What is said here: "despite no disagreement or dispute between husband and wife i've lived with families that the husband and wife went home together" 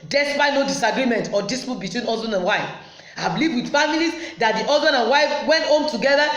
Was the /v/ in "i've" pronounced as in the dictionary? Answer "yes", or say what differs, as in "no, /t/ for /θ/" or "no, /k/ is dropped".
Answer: no, /b/ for /v/